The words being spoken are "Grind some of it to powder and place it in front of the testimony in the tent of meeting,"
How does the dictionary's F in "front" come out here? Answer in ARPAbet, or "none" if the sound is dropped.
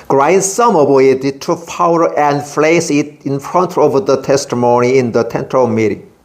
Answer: F